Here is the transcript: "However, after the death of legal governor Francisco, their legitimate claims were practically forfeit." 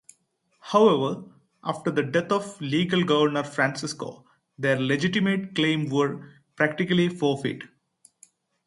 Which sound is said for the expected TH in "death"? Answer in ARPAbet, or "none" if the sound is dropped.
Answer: T